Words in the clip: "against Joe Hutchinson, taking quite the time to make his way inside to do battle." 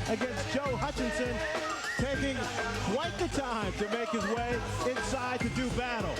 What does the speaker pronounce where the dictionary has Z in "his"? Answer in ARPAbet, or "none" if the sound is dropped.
Z